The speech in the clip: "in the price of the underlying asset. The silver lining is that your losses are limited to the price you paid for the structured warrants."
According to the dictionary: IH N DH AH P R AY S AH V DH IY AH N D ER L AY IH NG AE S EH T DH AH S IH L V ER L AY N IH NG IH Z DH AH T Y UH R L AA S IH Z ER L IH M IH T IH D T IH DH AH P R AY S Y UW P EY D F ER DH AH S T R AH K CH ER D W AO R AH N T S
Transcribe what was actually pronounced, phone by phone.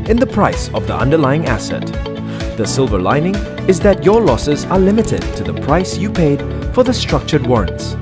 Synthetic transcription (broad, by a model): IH N DH AH P R AY S AH V DH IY AH N D ER L AY IH NG AE S EH T DH AH S IH L V ER L AY N IH NG IH Z DH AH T Y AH R L AA S IH Z ER L IH M IH T IH D T IH DH AH P R AY S Y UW P EY D F ER DH AH S T R AH K CH ER D W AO R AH N T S